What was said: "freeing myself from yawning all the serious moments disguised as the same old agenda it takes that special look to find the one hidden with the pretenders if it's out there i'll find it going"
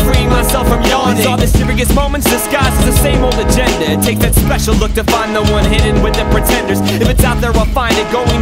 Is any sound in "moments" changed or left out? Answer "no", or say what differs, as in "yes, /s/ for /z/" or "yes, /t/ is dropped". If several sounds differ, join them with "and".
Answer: no